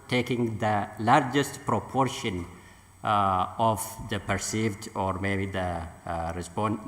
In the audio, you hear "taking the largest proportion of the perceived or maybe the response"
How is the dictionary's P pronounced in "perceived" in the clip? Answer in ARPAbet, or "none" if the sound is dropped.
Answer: P